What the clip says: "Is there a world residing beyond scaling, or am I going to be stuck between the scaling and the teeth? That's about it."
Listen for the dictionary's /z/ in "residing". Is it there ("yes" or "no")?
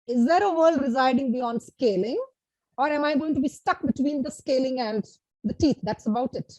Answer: yes